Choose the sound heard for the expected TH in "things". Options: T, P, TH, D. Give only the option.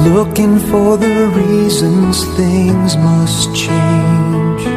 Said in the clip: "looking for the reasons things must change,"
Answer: TH